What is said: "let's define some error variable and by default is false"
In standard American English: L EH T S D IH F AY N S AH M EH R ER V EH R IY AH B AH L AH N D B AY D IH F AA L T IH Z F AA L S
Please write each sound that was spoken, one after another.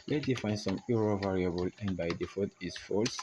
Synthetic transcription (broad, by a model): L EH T D IH F AY N S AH M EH R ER V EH R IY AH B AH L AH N B AY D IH F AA T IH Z F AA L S